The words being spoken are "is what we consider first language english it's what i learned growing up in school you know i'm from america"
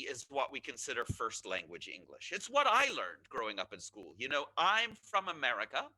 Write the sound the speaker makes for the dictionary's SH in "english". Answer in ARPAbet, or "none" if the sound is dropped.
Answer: SH